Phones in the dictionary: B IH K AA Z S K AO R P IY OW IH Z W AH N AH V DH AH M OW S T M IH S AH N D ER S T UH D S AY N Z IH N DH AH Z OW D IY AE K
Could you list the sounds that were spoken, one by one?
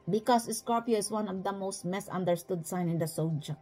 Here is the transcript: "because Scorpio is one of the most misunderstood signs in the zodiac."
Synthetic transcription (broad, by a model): B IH K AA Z S K AO R P IY OW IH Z W AH N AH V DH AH M OW S T M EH S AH N D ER S T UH D S AY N IH N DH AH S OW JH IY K